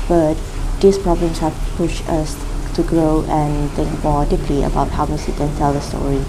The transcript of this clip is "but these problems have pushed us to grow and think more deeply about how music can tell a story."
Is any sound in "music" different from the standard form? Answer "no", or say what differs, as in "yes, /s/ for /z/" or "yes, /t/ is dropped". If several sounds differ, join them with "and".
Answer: yes, /s/ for /z/